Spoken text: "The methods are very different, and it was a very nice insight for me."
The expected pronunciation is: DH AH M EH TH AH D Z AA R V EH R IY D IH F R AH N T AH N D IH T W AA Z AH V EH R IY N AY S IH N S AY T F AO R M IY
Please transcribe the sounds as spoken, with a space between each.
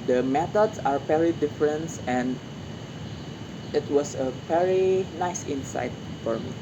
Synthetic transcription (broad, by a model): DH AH M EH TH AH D S AA R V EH R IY D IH F R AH N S AH N D IH T W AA S AH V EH R IY N AY S IH N S AY T F AO R M IY